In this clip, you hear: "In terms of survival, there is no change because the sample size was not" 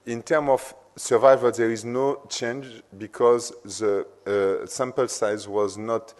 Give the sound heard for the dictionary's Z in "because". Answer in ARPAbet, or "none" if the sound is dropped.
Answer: Z